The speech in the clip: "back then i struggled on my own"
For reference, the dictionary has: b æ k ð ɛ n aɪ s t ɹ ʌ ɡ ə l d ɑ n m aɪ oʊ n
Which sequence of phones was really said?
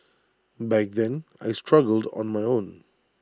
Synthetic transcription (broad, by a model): b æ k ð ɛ n aɪ s t ɹ ʌ ɡ ə l d ɑ n m aɪ oʊ n